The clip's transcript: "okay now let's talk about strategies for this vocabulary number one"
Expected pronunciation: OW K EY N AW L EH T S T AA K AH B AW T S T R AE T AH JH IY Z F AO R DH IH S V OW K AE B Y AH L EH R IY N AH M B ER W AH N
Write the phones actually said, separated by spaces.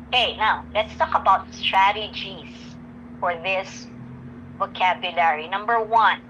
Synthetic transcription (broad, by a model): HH EY N AW L EH T S T AA K AH B AW T S T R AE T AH JH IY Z F AO R DH IH S V OW K AE B Y AH L EH R IY N AH M B ER W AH N